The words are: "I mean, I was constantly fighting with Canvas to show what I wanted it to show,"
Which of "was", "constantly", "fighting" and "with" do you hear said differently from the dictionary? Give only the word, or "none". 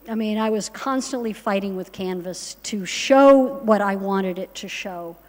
none